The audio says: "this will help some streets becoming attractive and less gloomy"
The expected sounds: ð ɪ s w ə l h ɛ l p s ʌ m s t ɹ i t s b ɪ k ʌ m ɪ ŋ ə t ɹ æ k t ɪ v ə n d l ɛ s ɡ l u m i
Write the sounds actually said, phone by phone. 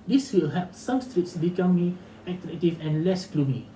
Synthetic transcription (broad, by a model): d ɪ s w ə l h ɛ p s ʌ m s t ɹ i t s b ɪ k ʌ m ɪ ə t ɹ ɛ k t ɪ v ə n l ɛ s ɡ l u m i